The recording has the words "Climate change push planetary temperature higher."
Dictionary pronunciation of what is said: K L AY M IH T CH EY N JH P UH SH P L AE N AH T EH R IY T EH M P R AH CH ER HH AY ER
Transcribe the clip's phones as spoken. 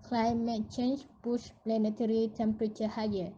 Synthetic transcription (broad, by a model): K L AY M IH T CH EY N SH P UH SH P L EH N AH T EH R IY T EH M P R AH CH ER HH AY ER